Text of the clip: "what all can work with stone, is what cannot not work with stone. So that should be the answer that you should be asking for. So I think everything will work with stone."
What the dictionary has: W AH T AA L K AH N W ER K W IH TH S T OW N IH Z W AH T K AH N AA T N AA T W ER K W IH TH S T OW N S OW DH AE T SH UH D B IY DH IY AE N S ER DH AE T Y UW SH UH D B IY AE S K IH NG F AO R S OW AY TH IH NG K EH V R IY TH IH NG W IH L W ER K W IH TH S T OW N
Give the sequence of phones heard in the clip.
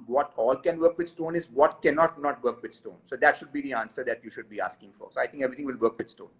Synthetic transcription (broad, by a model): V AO T AA L K AH N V ER K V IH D S T OW N IH Z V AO T K AH N AA T N AA T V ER K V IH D S T OW N S OW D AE T SH UH D B IY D IY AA N S ER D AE T Y UW SH UH D B IY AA S K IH NG F AO R S OW AY T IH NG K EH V R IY T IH NG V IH L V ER K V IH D S T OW N